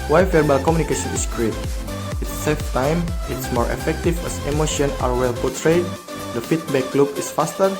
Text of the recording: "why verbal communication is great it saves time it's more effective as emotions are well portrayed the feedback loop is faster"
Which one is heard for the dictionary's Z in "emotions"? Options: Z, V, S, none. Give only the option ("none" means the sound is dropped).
none